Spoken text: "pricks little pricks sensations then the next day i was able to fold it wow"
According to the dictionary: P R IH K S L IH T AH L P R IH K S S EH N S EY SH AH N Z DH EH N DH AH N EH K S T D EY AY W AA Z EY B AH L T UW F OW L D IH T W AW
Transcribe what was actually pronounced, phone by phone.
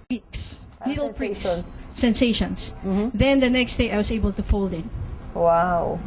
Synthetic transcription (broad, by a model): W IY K S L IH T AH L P R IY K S S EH N S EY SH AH N S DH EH N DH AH N EH K S T D EY AY W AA S EY B AH L T UW F OW L D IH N W AW